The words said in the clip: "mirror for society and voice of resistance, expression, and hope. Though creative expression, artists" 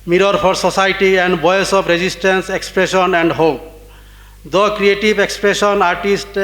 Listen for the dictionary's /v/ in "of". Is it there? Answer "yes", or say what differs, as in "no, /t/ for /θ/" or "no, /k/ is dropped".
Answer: no, /p/ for /v/